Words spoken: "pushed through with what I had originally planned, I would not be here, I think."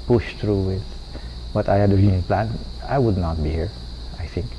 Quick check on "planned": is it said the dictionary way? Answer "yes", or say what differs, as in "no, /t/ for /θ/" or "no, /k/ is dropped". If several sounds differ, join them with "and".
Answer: no, /d/ is dropped